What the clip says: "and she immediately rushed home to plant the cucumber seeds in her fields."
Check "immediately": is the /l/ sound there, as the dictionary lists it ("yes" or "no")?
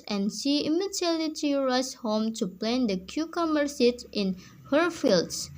no